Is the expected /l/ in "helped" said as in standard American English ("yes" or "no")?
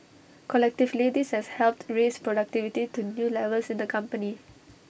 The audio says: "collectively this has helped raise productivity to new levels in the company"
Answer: yes